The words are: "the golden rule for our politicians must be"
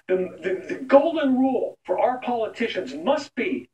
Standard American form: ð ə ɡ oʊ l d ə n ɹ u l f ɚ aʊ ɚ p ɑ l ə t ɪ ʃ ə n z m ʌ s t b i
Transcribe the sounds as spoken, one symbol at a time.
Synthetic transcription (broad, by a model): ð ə ɡ oʊ l d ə n ɹ u l f ɚ aʊ ɚ p ɑ l ə t ɪ ʃ ə n z m ʌ s t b i